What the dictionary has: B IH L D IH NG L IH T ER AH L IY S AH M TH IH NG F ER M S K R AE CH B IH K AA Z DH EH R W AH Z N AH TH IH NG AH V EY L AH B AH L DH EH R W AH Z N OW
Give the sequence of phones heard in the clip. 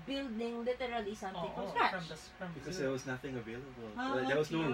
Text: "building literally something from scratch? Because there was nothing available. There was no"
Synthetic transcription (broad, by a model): B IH L D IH NG L IH T ER AH L IY S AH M T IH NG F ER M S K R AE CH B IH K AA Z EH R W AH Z N AH TH IH NG AH V EY L AH B AH L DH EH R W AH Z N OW